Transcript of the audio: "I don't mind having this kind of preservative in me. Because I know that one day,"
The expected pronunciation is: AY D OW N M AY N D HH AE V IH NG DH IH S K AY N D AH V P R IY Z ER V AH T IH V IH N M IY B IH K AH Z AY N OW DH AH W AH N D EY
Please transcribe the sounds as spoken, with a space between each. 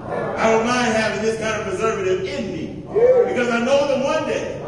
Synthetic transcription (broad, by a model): AY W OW L M AY N D HH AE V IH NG DH IH S K AY N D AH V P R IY Z ER V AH T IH V IH N M IY B IH K AH Z AY N OW DH AH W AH N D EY